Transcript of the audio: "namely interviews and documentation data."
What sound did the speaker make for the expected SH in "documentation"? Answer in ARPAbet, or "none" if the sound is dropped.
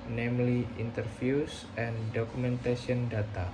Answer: S